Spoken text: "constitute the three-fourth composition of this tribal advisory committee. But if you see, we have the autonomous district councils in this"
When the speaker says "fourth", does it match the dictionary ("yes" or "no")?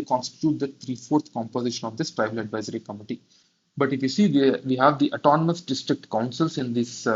no